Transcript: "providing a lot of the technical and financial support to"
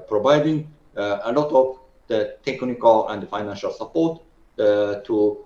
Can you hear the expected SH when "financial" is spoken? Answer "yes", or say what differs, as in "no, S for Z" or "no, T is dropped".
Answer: yes